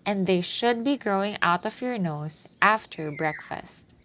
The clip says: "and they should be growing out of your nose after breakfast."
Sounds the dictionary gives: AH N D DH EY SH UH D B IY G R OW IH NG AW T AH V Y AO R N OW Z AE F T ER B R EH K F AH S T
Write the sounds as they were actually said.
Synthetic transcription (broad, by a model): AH N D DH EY SH UH D B IY G R OW IH NG AW T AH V Y AO R N OW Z AE F T ER B R EH K F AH S T